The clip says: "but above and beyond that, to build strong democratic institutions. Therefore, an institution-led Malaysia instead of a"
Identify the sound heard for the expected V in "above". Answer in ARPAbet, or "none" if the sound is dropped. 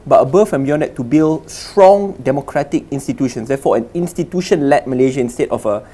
F